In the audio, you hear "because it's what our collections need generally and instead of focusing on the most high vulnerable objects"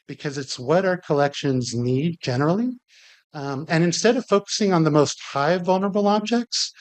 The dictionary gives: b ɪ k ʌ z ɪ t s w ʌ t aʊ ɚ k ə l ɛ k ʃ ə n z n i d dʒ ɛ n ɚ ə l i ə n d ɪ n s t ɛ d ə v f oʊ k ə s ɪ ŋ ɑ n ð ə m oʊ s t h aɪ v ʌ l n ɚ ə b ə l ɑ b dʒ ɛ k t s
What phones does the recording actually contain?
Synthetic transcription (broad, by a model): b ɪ k ʌ z ɪ t s w ʌ t aʊ ɚ k ə l ɛ k ʃ ə n z n i d dʒ ɛ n ɚ l i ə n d ɪ n s t ɛ d ə v f oʊ k ə s ɪ ŋ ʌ n ð ə m oʊ s t h aɪ v ʌ l n ɚ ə b l ɑ b dʒ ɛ k t s